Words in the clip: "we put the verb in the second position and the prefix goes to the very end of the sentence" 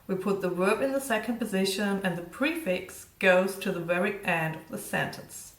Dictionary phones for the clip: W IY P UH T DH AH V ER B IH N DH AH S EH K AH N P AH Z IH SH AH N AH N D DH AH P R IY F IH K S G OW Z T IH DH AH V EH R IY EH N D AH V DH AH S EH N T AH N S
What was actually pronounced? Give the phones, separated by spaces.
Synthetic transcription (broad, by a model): W IY P UH T DH AH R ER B IH N DH AH S EH K AH N P AH Z IH SH AH N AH N DH AH P R IY F IH K S G OW Z T IH DH AH V EH R IY EH N D AH V DH AH S EH N T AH N S